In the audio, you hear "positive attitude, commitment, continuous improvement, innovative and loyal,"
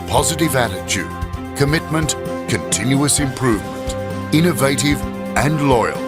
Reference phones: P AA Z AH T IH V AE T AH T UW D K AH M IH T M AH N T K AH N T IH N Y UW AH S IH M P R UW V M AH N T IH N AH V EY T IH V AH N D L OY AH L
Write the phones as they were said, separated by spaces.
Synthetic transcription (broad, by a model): P AA Z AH T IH V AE T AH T UW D K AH M IH T M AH N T K AH N T IH N Y UW AH S IH M P R UW V M AH N T IH N AH V EY T IH V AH N L OY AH L